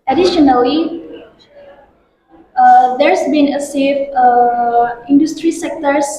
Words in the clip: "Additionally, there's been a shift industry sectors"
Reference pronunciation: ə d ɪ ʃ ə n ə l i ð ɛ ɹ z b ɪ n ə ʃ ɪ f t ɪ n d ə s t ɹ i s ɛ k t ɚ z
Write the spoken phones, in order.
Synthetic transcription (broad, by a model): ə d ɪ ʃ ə n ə l i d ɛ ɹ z b ɪ n ə s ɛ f ɪ n d ə s t ɹ i s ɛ k t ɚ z